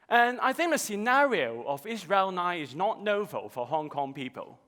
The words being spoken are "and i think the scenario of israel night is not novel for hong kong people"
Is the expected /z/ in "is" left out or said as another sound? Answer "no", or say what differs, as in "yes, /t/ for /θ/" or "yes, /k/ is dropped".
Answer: no